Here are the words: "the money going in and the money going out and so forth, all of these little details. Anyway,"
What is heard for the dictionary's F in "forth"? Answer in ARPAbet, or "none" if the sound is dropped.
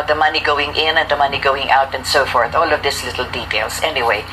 F